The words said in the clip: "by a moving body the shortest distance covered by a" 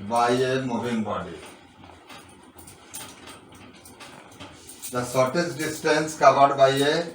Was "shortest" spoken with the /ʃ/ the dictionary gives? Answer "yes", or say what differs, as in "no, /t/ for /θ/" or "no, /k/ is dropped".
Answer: no, /s/ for /ʃ/